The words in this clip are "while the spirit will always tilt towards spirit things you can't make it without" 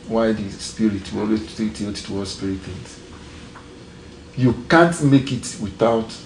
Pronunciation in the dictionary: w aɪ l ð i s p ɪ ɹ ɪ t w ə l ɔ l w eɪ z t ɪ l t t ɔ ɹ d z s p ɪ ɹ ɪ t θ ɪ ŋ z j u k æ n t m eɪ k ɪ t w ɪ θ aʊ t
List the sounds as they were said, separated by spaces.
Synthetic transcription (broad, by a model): w aɪ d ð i s p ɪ ɹ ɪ t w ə ɔ l w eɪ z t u t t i l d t s p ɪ ɹ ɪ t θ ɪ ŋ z j u k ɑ n t m eɪ k ɪ t w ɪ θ aʊ t